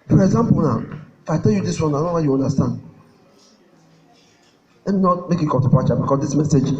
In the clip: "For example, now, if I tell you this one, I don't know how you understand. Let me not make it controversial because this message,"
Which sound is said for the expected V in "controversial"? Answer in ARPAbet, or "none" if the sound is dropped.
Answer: P